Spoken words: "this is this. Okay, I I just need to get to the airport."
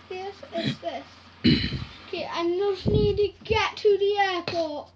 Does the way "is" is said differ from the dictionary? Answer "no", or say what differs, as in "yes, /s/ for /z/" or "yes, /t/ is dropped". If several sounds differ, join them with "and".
yes, /s/ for /z/